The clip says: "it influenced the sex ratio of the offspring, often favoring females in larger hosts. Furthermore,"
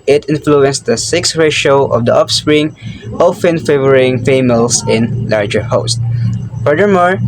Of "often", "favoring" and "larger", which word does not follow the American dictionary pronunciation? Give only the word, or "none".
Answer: none